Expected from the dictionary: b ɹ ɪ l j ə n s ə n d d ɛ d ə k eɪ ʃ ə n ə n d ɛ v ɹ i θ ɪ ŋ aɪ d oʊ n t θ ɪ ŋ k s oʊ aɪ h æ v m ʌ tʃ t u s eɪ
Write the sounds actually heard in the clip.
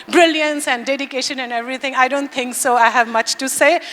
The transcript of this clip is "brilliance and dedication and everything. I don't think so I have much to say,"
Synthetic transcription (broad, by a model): b ɹ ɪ l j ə n s ə n d d ɛ d ə k eɪ ʃ ə n ə n d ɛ v ɹ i t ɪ ŋ aɪ d oʊ n t t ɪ ŋ k s oʊ aɪ h æ v m ʌ tʃ t u s eɪ